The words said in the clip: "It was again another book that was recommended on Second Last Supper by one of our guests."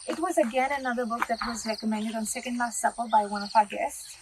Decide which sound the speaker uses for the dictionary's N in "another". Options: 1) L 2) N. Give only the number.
2